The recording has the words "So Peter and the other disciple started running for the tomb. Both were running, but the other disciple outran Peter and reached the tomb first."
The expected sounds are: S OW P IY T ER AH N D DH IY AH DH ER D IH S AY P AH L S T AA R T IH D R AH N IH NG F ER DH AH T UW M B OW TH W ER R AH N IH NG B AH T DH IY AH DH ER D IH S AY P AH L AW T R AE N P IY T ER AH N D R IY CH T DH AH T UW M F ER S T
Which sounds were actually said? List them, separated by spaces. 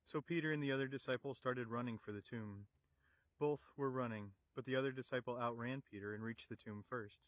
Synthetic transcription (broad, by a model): S OW P IY T ER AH N DH IY AH DH ER D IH S AY P L S T AA R T IH D R AH N IH NG F ER DH AH T UW M B OW TH W ER R AH N IH NG B AH T DH IY AH DH ER D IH S AY P L AW T R AE N P IY T ER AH N R IY CH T DH AH T UW M F ER S T